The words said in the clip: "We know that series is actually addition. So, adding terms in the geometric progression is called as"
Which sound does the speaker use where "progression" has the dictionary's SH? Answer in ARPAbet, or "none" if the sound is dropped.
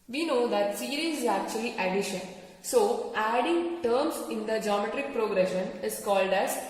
SH